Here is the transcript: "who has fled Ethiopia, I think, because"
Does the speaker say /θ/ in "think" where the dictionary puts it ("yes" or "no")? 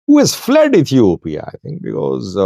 no